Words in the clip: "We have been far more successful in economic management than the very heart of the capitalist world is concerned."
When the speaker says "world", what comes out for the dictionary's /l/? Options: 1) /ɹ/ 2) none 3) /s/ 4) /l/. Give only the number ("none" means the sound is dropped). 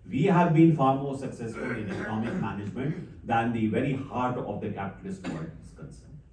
2